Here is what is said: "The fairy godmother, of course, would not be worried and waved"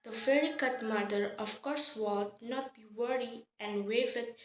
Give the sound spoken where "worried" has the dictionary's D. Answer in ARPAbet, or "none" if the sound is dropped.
none